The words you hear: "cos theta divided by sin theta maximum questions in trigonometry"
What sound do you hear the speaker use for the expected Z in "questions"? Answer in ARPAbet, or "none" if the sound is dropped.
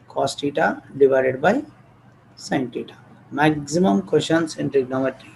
S